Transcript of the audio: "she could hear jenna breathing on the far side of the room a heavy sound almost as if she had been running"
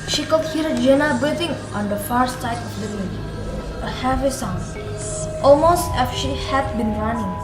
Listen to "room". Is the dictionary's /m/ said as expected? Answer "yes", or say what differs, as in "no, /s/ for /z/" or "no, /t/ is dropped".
no, /m/ is dropped